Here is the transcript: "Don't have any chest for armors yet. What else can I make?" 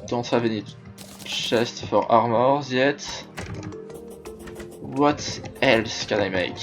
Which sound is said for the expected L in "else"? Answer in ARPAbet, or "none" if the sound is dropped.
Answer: L